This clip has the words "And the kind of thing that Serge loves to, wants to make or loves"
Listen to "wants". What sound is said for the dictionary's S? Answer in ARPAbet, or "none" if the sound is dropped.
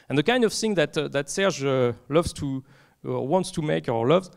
S